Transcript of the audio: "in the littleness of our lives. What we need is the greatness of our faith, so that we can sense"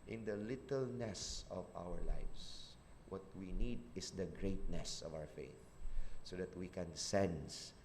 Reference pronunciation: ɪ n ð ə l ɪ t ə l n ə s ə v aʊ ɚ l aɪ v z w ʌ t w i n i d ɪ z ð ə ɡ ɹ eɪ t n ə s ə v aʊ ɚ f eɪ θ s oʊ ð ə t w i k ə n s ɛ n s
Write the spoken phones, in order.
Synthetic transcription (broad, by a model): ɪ n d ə l ɪ t ə l n ə s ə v aʊ ɚ l aɪ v s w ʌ t w i n i d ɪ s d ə ɡ ɹ eɪ t n ə s ə v aʊ ɚ f eɪ θ s oʊ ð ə t w i k ə n s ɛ n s